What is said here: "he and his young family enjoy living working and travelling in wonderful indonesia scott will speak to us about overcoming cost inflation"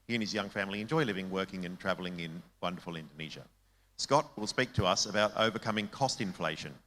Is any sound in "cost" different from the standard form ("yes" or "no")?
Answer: no